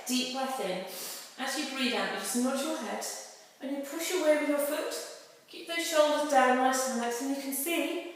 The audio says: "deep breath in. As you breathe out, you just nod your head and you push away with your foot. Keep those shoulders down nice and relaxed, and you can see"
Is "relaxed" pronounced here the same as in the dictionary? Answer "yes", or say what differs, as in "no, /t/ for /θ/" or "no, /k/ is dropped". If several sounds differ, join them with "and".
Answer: no, /t/ is dropped